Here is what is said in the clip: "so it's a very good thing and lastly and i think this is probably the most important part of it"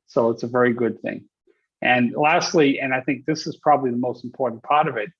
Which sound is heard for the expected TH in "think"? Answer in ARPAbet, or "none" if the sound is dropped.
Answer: TH